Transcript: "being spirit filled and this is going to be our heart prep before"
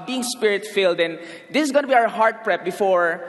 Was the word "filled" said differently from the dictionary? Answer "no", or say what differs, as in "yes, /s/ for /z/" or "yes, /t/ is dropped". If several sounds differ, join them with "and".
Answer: no